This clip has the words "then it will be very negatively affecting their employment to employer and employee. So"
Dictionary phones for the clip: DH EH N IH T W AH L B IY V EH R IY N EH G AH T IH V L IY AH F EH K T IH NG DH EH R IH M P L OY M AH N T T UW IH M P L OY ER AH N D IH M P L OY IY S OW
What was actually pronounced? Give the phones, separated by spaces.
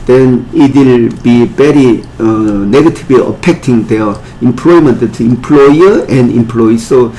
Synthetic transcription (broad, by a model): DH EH N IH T W AH L B IY B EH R IY N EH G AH T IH B L IY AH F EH K T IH NG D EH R IH M P L OY M AH N T T UW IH M P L OY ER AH N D IH M P L OY IY S OW